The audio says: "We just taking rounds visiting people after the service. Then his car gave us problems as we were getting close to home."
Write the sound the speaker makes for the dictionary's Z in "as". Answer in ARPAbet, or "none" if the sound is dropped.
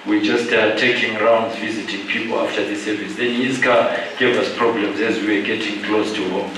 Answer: Z